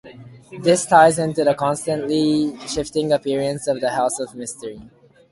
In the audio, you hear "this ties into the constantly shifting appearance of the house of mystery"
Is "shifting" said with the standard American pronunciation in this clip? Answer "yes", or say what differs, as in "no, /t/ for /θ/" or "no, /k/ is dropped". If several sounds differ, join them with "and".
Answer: yes